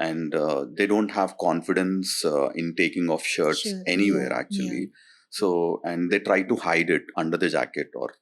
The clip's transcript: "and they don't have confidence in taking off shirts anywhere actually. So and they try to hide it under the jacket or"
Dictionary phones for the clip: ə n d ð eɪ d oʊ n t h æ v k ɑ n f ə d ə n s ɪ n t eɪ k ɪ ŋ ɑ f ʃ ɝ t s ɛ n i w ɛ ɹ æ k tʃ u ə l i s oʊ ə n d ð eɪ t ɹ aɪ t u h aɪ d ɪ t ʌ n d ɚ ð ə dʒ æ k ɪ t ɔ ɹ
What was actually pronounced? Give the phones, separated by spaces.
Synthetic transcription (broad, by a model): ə n d eɪ d oʊ n t h æ v k ɑ n f ə d ə n s ɪ n t eɪ k ɪ ŋ ɑ f ʃ ɝ t s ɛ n i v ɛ ɹ æ k tʃ u ə l i s oʊ ə n d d eɪ t ɹ aɪ t u h aɪ d ɪ t ʌ n d ɚ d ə dʒ æ k ɪ t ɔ ɹ